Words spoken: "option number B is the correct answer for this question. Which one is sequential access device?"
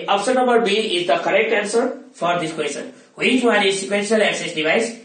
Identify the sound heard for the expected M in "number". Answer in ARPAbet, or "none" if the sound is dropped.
none